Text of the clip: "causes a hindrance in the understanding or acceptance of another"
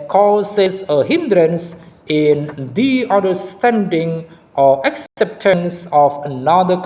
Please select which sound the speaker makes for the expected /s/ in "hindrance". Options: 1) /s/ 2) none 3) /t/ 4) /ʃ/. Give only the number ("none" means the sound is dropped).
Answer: 1